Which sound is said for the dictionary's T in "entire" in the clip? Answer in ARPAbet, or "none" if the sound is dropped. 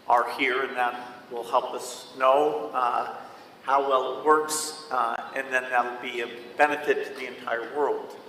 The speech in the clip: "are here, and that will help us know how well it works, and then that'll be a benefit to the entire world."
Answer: T